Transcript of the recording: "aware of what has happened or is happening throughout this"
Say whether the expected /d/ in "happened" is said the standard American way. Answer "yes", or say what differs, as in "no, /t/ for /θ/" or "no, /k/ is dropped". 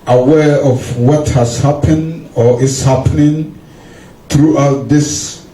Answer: yes